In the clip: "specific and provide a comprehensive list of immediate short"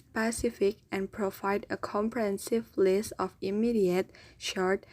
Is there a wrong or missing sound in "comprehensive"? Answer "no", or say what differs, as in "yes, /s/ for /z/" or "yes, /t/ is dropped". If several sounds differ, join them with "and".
no